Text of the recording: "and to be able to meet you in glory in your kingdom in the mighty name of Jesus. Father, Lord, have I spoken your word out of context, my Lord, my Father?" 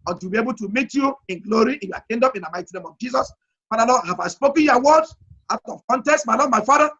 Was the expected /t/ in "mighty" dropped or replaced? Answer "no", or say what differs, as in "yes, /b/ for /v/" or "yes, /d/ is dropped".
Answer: no